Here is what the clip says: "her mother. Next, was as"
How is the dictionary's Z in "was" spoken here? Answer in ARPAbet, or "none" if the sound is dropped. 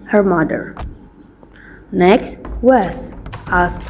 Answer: S